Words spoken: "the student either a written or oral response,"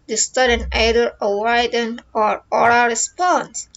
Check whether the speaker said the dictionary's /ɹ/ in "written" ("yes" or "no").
no